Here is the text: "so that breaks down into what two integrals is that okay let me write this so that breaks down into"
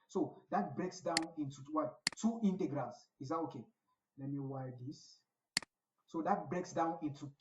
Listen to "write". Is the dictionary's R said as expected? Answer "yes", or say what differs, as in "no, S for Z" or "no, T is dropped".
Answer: no, W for R